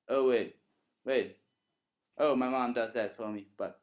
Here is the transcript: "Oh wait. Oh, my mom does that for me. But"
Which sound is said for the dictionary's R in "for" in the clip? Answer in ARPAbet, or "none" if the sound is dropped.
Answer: L